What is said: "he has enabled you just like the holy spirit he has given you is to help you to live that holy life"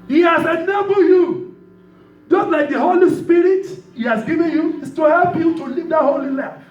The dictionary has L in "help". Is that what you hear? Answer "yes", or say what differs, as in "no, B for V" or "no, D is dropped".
yes